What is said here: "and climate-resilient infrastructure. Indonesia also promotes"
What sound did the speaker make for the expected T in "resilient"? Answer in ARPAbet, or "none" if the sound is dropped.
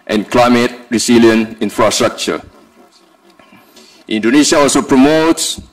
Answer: none